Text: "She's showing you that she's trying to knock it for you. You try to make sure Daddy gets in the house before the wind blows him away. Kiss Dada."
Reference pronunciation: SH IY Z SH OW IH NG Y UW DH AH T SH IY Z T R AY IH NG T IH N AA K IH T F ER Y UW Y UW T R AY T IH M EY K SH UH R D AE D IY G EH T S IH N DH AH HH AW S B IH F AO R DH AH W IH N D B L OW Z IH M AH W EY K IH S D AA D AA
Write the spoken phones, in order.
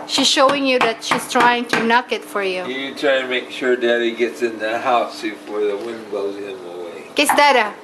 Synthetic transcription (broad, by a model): SH IY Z SH OW IH NG Y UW DH AH T SH IY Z T R AY IH NG T IH N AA K IH T F ER Y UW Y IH T R AY T IH M EY K SH UH R D AE D IY G EH T S IH N DH AH HH AW S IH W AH R DH AH W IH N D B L OW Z IH M AH W EY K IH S D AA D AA